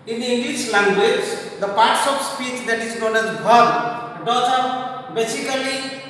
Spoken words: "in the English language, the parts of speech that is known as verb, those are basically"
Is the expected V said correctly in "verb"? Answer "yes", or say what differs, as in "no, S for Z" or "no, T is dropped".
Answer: no, B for V